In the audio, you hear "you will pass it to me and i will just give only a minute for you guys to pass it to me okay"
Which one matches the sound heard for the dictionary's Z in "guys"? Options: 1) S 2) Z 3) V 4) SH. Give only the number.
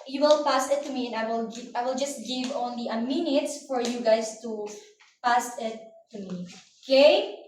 1